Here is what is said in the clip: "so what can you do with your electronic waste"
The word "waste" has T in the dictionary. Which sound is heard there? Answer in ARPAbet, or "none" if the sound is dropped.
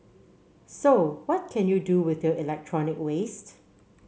T